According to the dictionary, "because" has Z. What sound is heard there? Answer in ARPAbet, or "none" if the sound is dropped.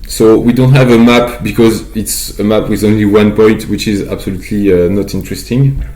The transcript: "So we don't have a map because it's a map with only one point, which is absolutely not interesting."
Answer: Z